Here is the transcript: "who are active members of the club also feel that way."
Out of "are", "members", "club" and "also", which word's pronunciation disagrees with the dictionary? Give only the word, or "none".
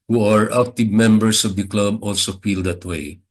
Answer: members